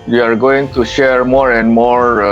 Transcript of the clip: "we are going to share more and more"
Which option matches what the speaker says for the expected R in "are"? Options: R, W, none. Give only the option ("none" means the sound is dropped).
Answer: R